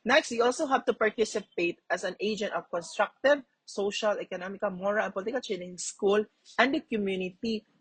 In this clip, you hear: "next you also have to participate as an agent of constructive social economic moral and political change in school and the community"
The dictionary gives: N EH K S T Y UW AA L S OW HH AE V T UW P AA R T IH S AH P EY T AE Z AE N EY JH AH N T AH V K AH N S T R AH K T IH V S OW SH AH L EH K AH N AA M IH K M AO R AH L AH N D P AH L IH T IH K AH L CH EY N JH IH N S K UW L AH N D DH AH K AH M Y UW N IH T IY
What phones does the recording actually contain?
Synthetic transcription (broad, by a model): N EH K S T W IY AA L S OW HH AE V T UW P AA R T IH S AH P EY T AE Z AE N EY JH AH N T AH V K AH N S T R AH K T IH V S OW SH AH L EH K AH N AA M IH K M AO R AH L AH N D P AH L IH T IH K AH L CH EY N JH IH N S K UW L AH N D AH K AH M Y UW N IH T IY